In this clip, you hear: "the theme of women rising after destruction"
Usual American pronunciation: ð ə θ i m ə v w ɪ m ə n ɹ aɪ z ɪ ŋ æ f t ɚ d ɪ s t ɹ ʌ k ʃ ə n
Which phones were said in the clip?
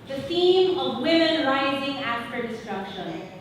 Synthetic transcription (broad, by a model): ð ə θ i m ə v w ɪ m ə n ɹ aɪ z ɪ ŋ æ f t ɚ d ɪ s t ɹ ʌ k ʃ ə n